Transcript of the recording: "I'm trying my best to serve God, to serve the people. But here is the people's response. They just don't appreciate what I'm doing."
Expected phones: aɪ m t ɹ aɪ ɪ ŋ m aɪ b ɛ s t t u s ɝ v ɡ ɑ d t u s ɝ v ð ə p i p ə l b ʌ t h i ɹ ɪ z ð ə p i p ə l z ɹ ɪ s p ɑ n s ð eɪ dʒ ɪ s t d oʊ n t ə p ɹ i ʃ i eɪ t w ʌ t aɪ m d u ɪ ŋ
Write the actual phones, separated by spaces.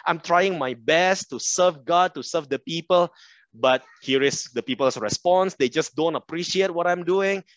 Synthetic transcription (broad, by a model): aɪ m t ɹ aɪ ɪ ŋ m aɪ b ɛ s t t u s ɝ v ɡ ɑ d t u s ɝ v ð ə p i p ə l b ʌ t h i ɹ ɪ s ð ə p i p ə l s ɹ ɪ s p ɑ n s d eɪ dʒ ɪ s d oʊ n t ə p ɹ i ʃ i eɪ t w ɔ t aɪ m d u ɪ ŋ